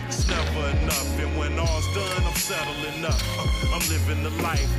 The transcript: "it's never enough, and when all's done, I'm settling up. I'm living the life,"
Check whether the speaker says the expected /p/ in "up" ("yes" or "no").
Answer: no